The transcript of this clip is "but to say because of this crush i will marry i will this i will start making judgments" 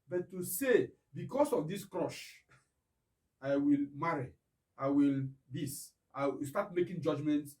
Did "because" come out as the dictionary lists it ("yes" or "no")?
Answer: no